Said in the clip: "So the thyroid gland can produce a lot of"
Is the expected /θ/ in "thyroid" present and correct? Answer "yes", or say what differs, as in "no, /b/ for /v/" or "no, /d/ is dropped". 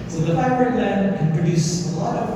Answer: no, /f/ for /θ/